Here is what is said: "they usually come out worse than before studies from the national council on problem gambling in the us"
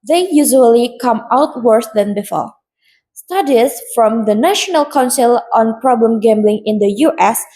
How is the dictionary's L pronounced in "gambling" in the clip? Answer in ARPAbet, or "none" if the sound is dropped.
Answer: L